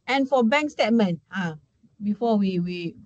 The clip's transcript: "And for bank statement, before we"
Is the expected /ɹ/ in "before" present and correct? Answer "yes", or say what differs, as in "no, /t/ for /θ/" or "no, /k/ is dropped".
no, /w/ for /ɹ/